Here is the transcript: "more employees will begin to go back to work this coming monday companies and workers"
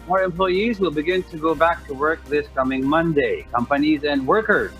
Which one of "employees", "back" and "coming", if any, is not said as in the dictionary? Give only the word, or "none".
none